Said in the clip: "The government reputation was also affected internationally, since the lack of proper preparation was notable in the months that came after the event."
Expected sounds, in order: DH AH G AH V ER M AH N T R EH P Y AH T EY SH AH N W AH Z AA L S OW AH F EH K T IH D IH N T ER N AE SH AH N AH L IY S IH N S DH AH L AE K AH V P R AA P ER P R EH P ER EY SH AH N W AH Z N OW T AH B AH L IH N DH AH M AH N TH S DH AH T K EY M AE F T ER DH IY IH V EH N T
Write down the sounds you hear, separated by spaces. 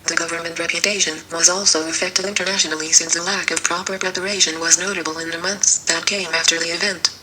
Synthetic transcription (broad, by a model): DH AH G AH V ER M AH N T R EH P Y AH T EY SH AH N W AH Z AA L S OW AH F EH K T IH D IH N T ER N AE SH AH N L IY S IH N S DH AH L AE K AH V P R AA P ER P R EH P ER EY SH AH N W AH Z N OW T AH B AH L IH N DH AH M AH N TH S DH AH T K EY M AE F T ER DH IY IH V EH N T